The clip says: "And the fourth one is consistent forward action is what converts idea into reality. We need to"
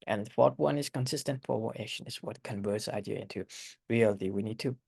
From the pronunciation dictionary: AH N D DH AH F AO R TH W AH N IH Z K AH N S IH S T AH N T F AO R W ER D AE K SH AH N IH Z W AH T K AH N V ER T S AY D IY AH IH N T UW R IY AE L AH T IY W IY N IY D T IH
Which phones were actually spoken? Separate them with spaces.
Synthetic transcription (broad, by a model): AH N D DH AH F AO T W AH N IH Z K AH N S IH S T AH N T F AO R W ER AE SH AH N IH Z W AH T K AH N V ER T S AY D IY AH IH N T UW R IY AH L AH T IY W IY N IY D T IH